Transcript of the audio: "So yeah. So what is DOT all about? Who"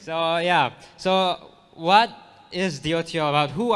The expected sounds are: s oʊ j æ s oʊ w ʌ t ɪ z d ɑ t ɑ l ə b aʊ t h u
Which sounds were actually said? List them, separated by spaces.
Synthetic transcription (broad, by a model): s oʊ j æ s oʊ w ʌ t ɪ z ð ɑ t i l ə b aʊ t h u